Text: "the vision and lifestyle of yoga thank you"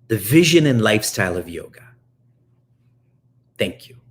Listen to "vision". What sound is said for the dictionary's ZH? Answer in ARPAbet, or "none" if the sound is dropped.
ZH